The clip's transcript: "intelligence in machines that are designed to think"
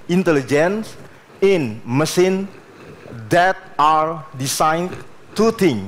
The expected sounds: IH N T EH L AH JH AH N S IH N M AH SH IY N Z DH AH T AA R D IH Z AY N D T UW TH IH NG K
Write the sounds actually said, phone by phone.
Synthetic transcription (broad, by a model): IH N T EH L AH JH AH N S IH N M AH S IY N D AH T AA R D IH S AY N T UW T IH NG